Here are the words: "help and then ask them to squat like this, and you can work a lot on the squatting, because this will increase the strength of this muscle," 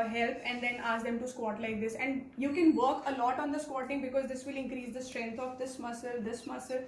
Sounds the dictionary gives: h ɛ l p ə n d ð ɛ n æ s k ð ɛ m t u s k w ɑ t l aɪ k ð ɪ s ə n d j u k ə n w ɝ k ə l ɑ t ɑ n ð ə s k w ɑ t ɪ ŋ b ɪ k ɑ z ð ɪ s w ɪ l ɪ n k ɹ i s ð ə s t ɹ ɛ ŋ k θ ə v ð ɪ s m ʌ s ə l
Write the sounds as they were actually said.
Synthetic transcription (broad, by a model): h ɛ l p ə n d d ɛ n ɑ s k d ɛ m t u s k w ɑ t l aɪ k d ɪ s ə n d j u k ə n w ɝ k ə l ɑ t ɑ n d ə s k w ɑ t ɪ ŋ b ɪ k ɑ z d ɪ s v ɪ l ɪ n k ɹ i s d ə s t ɹ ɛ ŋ k s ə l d ɪ s m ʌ s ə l